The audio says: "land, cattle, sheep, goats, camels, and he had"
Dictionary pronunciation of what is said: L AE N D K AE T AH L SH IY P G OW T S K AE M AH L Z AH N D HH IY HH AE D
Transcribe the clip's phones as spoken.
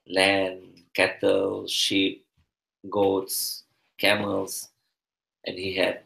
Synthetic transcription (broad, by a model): L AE N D K AE T AH L SH IY P G OW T S K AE M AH L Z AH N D HH IY HH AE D